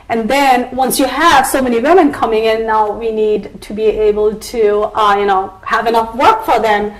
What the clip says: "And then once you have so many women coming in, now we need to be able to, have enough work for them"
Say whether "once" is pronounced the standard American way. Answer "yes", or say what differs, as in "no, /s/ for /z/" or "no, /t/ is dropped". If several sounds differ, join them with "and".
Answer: yes